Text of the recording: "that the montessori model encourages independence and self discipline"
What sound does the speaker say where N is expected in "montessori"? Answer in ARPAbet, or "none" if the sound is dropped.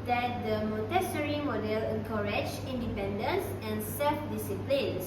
none